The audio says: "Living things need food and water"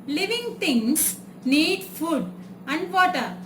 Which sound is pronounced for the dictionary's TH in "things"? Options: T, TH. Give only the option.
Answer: T